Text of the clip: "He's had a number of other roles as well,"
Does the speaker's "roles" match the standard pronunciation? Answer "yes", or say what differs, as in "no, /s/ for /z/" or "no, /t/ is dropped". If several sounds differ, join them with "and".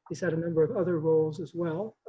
yes